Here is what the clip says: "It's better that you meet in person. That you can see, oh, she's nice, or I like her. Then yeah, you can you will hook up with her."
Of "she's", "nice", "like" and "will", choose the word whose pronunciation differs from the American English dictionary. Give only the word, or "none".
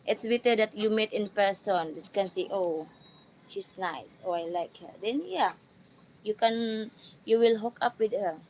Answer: she's